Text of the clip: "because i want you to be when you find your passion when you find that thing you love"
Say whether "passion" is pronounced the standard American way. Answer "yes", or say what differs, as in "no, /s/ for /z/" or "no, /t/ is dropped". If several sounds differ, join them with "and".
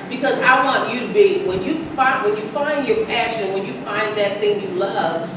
yes